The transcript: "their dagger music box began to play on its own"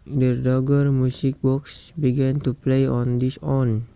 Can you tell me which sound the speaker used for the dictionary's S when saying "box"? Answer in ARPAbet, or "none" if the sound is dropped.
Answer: S